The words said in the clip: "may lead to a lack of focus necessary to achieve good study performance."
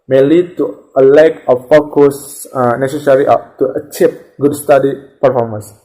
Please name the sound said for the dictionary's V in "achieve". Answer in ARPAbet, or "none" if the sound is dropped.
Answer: P